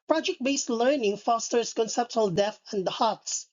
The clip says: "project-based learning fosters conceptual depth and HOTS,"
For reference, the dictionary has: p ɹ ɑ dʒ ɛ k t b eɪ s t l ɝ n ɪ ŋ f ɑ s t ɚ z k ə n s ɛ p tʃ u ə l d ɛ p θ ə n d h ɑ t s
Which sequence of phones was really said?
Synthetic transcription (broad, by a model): p ɹ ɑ dʒ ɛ k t b eɪ s t l ɝ n ɪ ŋ f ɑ s t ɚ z k ə n s ɛ p tʃ u ə l d ɛ θ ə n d h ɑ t s